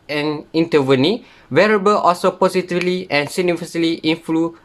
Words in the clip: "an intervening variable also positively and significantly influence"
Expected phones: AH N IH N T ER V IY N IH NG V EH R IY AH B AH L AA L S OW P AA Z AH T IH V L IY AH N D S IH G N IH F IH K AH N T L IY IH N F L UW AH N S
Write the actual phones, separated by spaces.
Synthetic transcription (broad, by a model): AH N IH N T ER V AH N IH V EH R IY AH B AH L AA L S OW P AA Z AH T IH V L IY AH N S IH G N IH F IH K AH L T IY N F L UW